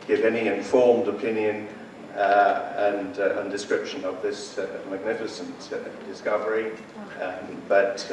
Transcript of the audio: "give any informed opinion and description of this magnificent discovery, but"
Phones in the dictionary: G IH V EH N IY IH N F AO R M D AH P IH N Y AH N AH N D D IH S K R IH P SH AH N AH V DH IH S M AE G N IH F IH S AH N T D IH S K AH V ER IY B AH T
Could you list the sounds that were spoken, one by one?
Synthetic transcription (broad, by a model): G IH V EH N IY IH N F AO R M D AH P IH N Y AH N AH N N D IH S K R IH P SH AH N AH V DH IH S M AE G N IH F IH S AH N T D IH S K AH V ER IY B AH T